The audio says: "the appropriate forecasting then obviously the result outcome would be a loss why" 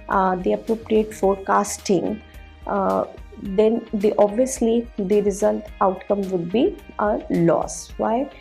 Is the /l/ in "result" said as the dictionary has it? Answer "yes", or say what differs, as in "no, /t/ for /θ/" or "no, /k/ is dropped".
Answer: yes